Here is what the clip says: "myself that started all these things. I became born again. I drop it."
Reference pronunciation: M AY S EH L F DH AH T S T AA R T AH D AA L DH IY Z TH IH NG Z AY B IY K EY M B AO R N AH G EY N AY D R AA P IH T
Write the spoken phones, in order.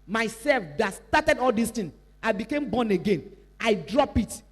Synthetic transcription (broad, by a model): M AY S EH L F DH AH T S T AA T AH D AA L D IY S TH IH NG AY B IY K EY M B AO N AH G EY N AY D R AA P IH T